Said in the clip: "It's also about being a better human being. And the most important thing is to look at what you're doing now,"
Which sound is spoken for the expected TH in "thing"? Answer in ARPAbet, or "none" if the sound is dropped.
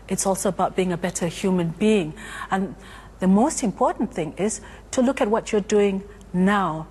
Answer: TH